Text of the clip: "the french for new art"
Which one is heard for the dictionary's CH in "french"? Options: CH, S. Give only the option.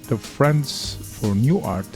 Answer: S